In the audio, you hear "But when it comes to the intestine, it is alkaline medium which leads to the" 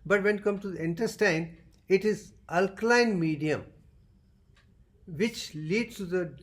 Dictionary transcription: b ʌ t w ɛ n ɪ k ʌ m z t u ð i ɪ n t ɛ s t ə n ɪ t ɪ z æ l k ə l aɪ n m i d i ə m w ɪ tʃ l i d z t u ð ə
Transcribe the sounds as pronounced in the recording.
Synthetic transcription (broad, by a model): b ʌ t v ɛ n k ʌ m t u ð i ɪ n t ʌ s t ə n ɪ t ɪ z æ l k l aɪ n m i d i ə m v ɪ tʃ l i d s t u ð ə